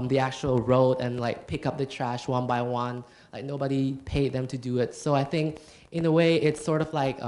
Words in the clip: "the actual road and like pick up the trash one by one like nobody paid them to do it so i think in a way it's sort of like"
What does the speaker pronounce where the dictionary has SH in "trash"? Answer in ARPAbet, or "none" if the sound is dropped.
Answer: SH